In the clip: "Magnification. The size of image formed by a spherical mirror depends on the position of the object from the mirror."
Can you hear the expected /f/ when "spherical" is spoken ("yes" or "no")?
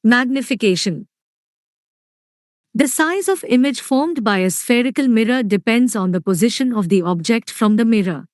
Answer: yes